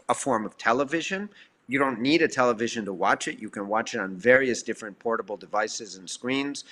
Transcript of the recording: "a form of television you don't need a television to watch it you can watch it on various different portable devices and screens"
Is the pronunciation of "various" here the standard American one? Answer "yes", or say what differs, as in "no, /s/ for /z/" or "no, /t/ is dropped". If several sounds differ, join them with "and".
yes